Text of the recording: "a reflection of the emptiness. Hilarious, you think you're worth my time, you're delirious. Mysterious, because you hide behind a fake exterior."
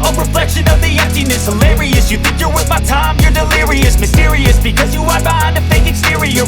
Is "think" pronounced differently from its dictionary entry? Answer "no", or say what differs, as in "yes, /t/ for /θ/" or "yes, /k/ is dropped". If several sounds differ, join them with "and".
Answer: no